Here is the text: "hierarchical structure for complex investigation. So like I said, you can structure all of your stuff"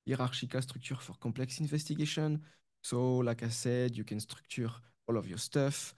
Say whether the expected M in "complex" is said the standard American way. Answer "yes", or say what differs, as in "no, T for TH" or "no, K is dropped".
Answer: no, M is dropped